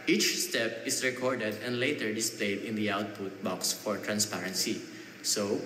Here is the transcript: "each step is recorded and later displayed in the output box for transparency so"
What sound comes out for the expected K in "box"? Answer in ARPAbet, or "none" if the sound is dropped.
K